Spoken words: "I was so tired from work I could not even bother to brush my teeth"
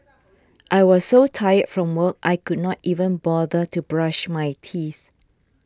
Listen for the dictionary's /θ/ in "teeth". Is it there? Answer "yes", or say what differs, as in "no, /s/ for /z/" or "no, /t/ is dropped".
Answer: yes